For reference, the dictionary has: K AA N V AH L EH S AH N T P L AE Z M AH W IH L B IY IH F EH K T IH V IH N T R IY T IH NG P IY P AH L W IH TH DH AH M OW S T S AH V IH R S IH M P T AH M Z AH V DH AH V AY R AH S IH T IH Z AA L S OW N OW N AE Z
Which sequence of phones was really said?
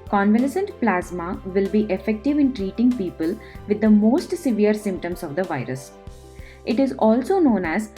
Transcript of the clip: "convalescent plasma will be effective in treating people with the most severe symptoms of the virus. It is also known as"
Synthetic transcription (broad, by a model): K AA N V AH L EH S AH N T P L AE Z M AH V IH L B IY IH F EH K T IH V IH N T R IY T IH NG P IY P AH L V IH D AH M OW S T S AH V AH R S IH M P T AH M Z AH V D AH V AY R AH S IH T IH Z AA L S OW N OW N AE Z